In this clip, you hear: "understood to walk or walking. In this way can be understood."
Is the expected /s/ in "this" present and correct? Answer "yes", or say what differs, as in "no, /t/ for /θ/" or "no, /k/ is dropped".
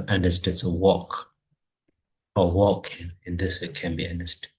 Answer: yes